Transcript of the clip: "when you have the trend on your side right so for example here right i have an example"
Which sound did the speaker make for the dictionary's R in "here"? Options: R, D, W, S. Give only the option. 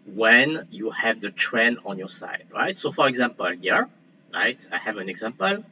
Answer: R